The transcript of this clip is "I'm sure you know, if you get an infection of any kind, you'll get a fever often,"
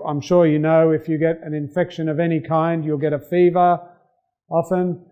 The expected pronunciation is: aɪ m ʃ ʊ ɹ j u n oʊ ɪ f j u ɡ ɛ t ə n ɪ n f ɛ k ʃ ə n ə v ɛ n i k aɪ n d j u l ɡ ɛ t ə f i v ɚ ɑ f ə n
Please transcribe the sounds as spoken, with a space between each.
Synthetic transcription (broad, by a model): aɪ m ʃ ʊ ɹ j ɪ n oʊ ɪ f j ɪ ɡ ɛ t ə n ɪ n f ɛ k ʃ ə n ə v ɛ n i k aɪ n d j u l ɡ ɛ t ə f i v ɚ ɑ f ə n